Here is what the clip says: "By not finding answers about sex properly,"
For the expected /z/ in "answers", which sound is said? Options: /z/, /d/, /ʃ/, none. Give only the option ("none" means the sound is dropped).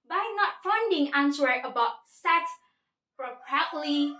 none